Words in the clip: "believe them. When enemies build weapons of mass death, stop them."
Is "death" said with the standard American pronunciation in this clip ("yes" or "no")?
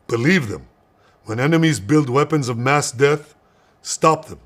yes